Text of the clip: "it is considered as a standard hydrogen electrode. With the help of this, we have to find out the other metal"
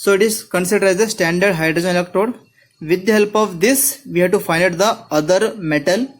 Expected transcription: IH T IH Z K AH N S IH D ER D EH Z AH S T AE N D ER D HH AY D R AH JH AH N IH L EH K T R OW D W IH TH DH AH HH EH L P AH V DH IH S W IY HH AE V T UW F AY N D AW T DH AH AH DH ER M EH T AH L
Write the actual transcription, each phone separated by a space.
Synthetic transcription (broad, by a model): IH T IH S K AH N S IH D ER D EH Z AH S T AE N D ER D HH AY D R AH JH AH N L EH K T OW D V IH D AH HH EH L P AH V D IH S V IY HH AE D T UW F AY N AW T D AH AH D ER M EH T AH L